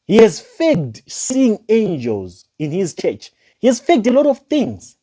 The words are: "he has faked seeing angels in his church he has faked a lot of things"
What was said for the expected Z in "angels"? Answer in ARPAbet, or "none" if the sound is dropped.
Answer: Z